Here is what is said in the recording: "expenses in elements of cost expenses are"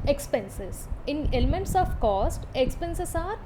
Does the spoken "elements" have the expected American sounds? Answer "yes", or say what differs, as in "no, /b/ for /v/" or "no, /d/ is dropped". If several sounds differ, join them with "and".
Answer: yes